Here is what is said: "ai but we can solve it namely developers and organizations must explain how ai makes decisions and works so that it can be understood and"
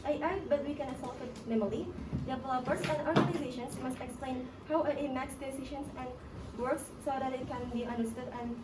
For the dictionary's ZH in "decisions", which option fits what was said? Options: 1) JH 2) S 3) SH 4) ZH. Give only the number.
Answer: 3